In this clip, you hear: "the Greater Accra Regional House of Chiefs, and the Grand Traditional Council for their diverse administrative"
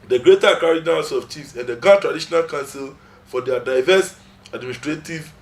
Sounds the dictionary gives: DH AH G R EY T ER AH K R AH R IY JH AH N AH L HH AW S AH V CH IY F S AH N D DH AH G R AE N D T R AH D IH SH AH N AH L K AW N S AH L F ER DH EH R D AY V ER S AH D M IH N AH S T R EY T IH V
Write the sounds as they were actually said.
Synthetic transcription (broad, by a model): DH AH G R EY T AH K AH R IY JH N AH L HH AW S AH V CH IY F S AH N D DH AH G AA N T R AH D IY SH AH N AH L K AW N S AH L F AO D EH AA D AY V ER S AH D M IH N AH S T R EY T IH V